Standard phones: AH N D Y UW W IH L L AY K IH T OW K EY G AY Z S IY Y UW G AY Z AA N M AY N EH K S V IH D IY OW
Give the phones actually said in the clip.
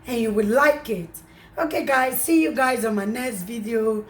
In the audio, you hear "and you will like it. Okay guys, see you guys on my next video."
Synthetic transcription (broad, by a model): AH N Y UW W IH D L AY K IH T OW K EY G AY Z S IY Y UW G AY Z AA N M AY N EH S V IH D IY OW